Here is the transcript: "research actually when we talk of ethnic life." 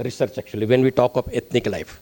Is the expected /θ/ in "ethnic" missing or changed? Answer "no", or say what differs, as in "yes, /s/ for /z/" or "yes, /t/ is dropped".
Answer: yes, /t/ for /θ/